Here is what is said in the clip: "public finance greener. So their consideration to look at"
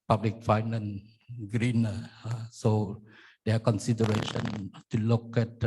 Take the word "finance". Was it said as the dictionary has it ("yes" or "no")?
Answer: no